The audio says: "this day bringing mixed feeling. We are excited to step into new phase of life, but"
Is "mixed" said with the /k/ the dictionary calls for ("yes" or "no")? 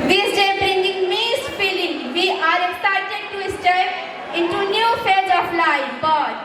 no